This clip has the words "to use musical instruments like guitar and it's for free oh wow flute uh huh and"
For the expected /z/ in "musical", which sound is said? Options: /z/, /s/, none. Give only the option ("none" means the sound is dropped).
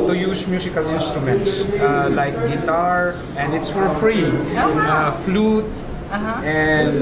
/s/